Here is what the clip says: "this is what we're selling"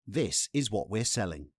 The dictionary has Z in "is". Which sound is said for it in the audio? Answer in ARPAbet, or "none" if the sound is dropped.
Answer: Z